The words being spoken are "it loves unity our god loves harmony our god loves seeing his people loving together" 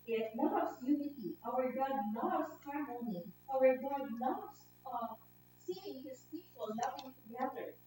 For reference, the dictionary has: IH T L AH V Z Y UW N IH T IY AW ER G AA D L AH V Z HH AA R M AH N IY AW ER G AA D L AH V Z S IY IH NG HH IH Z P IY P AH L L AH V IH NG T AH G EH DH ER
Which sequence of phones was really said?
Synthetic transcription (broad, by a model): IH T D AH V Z Y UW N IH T IY AW ER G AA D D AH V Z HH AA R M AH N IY AW ER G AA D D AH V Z S IY IH NG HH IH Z P IY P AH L N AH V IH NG T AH G EH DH ER